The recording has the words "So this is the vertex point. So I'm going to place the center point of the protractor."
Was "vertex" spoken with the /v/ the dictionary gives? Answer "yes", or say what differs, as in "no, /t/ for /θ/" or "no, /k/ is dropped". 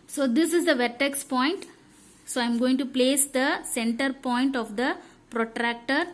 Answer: yes